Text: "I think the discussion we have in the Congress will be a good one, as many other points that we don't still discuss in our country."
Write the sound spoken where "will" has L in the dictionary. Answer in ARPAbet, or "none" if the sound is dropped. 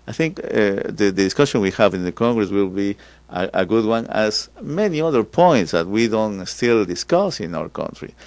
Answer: L